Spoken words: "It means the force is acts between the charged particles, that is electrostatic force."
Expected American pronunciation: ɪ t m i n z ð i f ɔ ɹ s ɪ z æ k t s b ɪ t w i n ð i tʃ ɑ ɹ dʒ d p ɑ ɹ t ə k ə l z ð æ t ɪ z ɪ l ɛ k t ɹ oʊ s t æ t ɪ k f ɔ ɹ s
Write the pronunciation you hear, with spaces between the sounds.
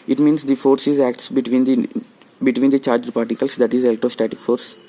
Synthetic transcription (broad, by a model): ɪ t m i n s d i f ɔ ɹ s ɪ z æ k t s b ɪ t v i n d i tʃ ɑ ɹ dʒ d p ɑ ɹ t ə k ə l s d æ t ɪ z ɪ l t oʊ s t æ t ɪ k f ɔ ɹ s